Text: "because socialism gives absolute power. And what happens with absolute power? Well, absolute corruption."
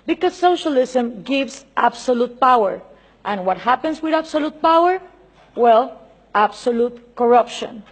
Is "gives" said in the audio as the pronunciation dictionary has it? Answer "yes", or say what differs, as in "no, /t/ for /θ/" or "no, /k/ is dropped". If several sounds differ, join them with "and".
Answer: no, /s/ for /z/